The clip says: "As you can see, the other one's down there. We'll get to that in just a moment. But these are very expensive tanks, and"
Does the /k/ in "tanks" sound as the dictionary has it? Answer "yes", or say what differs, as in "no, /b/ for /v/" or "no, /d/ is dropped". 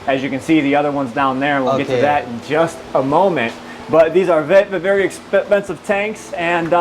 yes